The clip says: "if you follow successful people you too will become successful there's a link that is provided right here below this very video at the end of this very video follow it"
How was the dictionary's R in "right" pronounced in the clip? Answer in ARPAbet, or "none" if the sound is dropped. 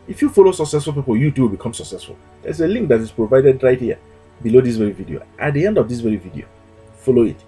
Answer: R